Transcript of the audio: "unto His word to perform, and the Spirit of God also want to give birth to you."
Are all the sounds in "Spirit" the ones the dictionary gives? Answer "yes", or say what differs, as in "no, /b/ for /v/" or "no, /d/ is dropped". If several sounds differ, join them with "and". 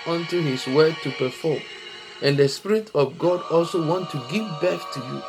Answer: yes